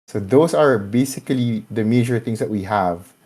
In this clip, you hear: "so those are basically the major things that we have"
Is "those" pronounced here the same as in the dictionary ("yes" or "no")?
no